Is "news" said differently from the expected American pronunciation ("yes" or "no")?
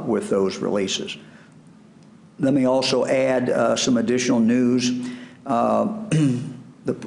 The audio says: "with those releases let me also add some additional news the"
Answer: no